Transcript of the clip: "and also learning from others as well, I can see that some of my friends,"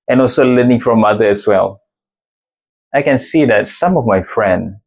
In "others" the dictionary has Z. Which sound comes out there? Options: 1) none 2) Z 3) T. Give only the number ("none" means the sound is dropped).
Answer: 1